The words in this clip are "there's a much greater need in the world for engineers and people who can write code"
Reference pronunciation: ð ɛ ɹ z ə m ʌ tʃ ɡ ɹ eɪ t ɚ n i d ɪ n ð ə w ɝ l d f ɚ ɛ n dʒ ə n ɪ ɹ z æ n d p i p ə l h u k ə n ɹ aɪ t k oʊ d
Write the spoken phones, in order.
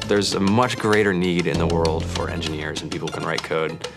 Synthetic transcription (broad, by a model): ð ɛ ɹ z ə m ʌ tʃ ɡ ɹ eɪ t ɚ n i d ɪ n ð ə w ɝ l d f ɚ ɛ n dʒ ə n ɪ ɹ z n p i p l k ə n ɹ aɪ t k oʊ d